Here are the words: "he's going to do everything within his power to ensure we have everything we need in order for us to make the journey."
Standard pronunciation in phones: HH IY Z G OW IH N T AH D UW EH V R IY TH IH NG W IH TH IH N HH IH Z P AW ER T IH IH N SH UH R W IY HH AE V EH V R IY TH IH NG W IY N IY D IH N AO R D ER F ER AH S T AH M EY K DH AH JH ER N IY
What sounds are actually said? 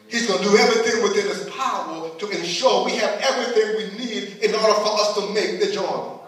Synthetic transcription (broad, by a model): HH IY Z G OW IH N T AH D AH EH V R IY TH IH NG W IH TH IH N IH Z P AW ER T IH IH N SH UH R W IY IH V EH V R IY TH IH NG W IY N IY D IH N AO R D ER F ER AH S T AH M EY K DH AH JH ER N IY